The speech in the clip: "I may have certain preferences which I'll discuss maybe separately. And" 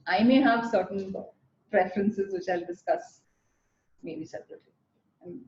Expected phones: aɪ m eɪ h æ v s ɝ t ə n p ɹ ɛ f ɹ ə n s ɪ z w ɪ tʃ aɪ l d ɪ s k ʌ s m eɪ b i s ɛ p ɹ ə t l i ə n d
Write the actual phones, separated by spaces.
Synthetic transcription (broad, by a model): aɪ m eɪ h æ v s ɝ t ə n p ɹ ɛ f ɹ ə n s ɪ z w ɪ tʃ aɪ l d ɪ s k ʌ s m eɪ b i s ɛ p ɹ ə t i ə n